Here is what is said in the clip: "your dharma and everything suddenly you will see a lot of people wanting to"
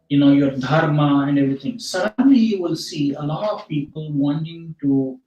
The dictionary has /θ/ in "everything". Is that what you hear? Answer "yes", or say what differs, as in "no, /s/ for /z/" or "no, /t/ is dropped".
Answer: no, /t/ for /θ/